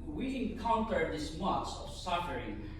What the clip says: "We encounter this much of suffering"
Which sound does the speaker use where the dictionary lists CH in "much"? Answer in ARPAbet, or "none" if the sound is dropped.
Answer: S